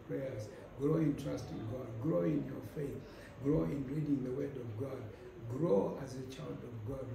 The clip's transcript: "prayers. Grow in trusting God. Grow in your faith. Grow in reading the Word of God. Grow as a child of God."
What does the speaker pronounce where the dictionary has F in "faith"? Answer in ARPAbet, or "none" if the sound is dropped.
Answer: F